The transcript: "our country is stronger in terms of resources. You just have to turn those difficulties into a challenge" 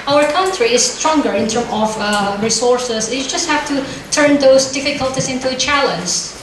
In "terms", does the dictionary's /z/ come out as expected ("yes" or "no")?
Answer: no